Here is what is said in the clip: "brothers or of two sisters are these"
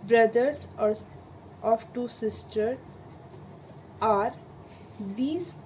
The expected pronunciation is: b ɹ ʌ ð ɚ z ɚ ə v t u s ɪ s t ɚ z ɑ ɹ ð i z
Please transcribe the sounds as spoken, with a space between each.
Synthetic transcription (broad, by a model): b ɹ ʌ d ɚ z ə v t u s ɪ s t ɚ ɑ ɹ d i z